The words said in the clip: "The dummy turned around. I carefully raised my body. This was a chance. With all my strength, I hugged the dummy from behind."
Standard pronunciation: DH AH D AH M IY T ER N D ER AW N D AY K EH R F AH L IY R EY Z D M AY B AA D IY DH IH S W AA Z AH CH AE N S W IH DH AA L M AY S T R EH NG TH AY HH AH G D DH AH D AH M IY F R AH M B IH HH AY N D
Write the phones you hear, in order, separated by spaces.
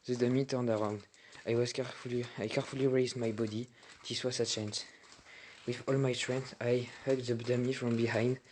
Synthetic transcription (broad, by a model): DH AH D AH M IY T ER N D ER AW N D AY K EH R F AH L IY R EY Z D M AY B AA D IY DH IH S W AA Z AH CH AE N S W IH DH AA L M AY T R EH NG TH AY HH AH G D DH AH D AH M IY F R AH M B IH HH AY N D